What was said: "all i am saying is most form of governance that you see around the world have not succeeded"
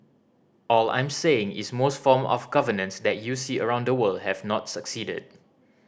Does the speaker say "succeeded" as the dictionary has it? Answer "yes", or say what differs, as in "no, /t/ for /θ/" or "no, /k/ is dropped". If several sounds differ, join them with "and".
yes